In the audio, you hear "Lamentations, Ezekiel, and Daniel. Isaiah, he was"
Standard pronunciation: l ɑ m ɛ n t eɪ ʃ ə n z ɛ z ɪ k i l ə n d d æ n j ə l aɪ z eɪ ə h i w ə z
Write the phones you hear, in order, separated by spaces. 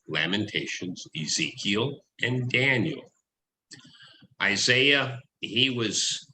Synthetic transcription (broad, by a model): l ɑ m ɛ n t eɪ ʃ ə n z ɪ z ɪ k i l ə n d d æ n j l aɪ z eɪ ə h i w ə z